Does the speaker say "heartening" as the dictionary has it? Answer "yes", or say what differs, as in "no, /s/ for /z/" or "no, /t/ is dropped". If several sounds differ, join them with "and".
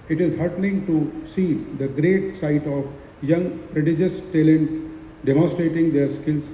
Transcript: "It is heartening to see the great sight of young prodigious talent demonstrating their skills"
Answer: no, /l/ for /n/